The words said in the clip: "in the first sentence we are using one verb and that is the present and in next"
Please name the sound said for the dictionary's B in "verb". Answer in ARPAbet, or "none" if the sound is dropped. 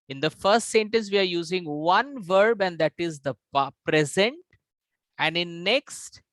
B